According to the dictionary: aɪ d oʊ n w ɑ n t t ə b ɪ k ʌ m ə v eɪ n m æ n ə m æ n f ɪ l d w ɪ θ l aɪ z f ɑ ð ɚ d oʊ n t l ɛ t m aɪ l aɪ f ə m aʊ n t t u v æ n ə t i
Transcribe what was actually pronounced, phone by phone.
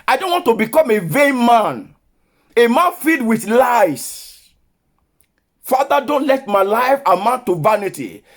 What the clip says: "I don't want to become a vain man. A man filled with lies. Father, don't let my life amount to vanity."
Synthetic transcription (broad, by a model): aɪ d oʊ n w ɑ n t t ə b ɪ k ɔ m ə v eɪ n m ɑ n ə m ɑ n f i d w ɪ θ l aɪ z f ɑ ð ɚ d oʊ n t l ɛ t m aɪ l aɪ f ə m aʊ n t t u v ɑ n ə t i